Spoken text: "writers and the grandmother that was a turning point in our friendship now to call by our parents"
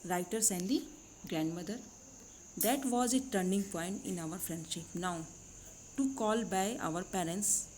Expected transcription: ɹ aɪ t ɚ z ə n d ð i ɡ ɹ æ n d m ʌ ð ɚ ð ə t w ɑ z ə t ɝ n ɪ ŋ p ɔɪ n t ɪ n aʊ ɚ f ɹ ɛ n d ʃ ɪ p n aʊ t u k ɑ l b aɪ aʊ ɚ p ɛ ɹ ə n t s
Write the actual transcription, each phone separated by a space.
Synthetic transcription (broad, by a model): ɹ aɪ t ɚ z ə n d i ɡ ɹ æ n d m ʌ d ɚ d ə t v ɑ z ə t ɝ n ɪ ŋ p ɔɪ n t ɪ n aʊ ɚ f ɹ ɛ n d ʃ ɪ p n aʊ t u k ɑ l b aɪ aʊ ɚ p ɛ ɹ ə n t s